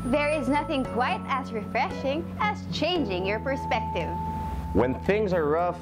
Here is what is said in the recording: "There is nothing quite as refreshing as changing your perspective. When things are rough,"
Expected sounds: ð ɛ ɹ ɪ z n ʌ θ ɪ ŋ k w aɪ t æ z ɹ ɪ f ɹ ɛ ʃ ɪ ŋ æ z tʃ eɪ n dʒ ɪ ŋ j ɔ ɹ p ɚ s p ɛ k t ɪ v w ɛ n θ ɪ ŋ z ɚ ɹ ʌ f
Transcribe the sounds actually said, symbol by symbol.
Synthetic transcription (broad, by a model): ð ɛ ɹ ɪ z n ʌ θ ɪ ŋ k w aɪ t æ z ɹ ɪ f ɹ ɛ ʃ ɪ ŋ æ z tʃ eɪ n dʒ ɪ ŋ j ɔ ɹ p ɚ s p ɛ k t ɪ v w ɛ n θ ɪ ŋ z ɚ ɹ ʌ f